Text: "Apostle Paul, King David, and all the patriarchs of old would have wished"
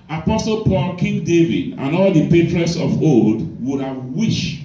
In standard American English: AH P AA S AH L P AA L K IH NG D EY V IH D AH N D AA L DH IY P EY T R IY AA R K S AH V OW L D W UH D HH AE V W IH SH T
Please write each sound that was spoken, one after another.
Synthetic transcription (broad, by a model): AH P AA S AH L P AA L K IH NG D EY V IH D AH N AA L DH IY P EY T R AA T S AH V OW L D W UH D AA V W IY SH